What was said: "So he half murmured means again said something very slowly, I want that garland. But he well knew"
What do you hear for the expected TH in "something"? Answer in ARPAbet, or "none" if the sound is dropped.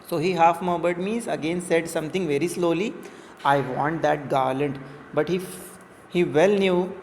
T